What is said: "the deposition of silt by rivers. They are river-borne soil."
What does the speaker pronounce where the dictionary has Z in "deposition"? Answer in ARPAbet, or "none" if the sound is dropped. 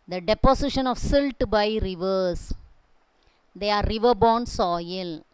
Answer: S